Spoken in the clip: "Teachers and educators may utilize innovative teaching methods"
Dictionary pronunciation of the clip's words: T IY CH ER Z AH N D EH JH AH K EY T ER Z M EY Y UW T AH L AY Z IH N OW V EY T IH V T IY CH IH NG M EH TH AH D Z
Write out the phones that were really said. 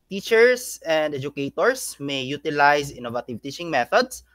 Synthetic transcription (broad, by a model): T IY CH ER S AH N D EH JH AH K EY T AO S M EY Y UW T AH L AY S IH N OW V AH T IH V T IY CH IH NG M EH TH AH D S